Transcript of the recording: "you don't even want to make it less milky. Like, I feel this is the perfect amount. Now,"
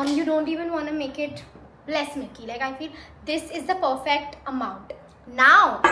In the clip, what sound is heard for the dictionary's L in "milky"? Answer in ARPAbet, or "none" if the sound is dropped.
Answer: none